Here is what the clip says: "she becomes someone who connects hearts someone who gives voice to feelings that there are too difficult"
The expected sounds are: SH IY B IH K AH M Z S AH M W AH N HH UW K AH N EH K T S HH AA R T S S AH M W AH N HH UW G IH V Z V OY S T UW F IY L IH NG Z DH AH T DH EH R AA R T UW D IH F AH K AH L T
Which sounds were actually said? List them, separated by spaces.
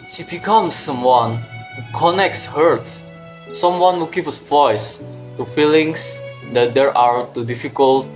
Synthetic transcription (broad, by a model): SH IY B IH K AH M S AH M W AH N HH UW K AH N EH K T S HH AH R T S S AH M W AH N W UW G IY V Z V OY S T UW F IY L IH NG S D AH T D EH R AA R T UW D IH F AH K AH L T